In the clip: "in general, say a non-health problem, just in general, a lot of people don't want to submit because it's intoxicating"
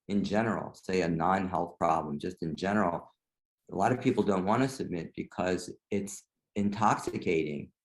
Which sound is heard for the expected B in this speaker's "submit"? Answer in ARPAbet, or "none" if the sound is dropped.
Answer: B